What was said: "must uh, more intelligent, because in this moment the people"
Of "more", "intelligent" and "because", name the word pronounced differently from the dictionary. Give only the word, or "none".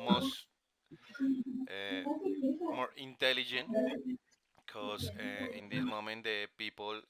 because